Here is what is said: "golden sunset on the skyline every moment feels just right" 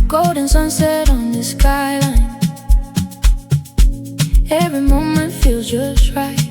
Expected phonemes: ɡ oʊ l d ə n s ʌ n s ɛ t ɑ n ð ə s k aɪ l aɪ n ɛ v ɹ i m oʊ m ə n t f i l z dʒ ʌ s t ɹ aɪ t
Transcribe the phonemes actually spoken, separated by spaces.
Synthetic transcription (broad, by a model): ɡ oʊ l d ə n s ʌ n s ɛ t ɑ n ð ə s k aɪ l aɪ n ɛ v ɹ i m oʊ m ə n t f i l z dʒ ʌ s t ɹ aɪ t